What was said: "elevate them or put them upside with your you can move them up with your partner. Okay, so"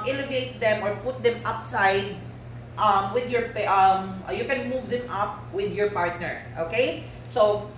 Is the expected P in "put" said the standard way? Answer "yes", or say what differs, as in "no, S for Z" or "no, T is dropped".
yes